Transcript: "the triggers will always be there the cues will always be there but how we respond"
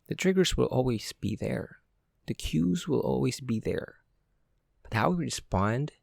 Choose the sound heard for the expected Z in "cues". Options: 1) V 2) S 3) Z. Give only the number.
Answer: 3